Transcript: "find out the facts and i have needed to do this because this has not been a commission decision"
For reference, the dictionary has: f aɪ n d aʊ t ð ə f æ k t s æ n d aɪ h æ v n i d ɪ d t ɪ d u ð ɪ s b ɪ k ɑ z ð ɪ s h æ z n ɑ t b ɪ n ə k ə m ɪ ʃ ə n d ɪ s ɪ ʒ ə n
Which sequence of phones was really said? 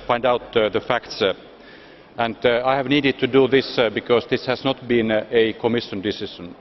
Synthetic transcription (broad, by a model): f aɪ n d aʊ t ð ə f æ k t s æ n d aɪ h æ v n i d ɪ d t ɪ d u ð ɪ s b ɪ k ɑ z ð ɪ s h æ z n ɑ t b ɪ n ə k ə m ɪ ʃ ə n d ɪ s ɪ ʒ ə n